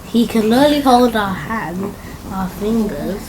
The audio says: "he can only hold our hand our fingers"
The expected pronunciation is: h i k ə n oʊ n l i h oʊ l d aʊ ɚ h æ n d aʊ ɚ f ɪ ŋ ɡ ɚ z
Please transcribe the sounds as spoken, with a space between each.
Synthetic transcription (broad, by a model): h i k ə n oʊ l i h oʊ l d aʊ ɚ h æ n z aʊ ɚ f ɪ ŋ ɡ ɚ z